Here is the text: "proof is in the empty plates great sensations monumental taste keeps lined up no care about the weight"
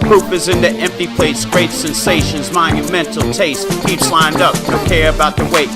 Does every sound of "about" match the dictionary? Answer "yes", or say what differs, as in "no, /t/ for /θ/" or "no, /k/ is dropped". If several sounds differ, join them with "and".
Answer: yes